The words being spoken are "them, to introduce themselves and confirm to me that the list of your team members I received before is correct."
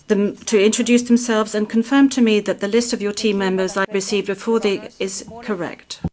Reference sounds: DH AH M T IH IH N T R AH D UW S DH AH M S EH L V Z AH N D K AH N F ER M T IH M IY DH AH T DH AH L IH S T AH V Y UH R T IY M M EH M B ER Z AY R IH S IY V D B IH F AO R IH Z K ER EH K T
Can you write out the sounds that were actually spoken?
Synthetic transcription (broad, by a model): DH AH M T IH IH N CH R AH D UW S DH AH M S EH L V Z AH N K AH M F ER M T IH M IY DH AH T DH AH L IH S T AH V Y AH R T IY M M EH M B ER Z AY R IH S IY V D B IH F AO R IH Z K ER EH K T